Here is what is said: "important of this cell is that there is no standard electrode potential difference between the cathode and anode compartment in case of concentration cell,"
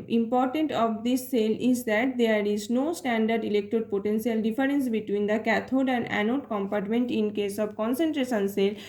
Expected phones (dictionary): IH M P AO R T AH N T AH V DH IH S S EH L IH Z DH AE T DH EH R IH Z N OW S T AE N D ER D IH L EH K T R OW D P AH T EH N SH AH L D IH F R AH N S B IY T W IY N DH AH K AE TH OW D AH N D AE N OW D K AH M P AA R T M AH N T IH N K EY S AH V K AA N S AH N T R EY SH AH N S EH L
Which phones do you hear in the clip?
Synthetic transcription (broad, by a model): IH M P AO R T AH N T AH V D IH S S EH L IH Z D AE T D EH R IH Z N OW S T AE N D ER D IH L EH K T OW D P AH T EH N S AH L D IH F R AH N S B IY T W IY N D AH K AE T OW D AH N D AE N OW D K AH M P AA R T M AH N T IH N K EY S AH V K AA N S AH N T R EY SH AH N S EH L